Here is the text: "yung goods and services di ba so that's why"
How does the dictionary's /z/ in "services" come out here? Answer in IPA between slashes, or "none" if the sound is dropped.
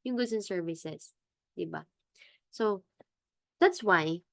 /s/